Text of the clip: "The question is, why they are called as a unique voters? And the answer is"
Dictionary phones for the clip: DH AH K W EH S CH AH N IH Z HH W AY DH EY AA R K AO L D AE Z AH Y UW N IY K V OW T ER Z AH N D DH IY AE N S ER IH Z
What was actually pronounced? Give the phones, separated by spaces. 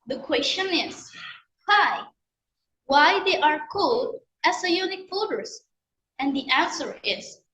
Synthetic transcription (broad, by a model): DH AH K W EH S CH AH N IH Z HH W AY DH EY AA R K AO L D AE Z AH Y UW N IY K F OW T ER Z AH N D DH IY AE N S ER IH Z